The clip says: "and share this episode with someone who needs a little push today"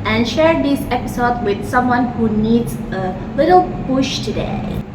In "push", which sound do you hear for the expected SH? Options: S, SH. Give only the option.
SH